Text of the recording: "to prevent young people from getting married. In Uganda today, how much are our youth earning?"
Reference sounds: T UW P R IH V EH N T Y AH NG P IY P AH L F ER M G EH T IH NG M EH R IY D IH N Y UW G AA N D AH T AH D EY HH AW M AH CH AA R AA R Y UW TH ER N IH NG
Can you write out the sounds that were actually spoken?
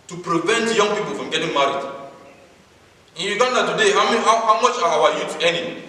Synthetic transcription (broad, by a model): T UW P R IH V EH N T Y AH NG P IY P AH L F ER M G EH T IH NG M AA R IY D IH N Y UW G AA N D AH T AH D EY HH AW M AH CH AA W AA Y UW T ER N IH